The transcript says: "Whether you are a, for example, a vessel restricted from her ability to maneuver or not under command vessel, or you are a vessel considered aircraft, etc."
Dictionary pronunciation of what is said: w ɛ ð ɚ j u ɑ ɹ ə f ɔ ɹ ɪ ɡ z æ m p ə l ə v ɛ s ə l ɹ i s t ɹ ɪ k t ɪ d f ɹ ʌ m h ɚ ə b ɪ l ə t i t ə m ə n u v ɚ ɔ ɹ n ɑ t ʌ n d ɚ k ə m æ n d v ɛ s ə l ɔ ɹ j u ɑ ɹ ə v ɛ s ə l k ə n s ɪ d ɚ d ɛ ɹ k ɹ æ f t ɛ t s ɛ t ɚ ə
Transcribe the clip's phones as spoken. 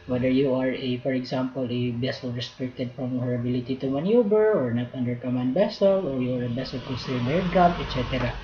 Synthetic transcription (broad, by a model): w ɛ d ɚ j u ɑ ɹ ə f ɔ ɹ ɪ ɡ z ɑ m p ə l ə b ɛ s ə l ɹ i s t ɹ ɪ k t ɪ d f ɹ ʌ m h ɚ ə b ɪ l ə t i t ə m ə n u b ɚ ɔ ɹ n ɑ t ʌ n d ɚ k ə m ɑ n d b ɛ s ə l ɔ ɹ j u ɑ ɹ ə b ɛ s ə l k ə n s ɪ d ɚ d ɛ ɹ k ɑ t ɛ t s ɛ t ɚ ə